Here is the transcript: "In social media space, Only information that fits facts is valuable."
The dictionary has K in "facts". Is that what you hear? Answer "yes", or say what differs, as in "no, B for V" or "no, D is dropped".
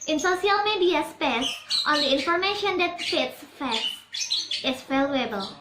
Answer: no, K is dropped